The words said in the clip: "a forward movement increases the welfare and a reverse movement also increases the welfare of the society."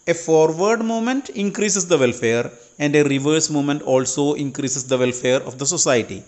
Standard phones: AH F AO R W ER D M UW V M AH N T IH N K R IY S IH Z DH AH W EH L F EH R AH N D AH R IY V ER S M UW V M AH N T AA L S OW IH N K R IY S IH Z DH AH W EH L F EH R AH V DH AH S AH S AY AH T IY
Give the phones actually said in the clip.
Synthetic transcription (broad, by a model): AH F AO R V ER D M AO M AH N T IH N K R IY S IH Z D AH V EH L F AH R AH N D AH R IY V ER S M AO M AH N T AA L S OW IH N K R IY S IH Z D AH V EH L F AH R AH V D AH S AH S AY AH T IY